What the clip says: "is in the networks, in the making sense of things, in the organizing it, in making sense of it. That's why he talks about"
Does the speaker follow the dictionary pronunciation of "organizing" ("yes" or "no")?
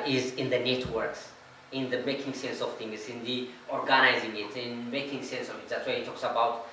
yes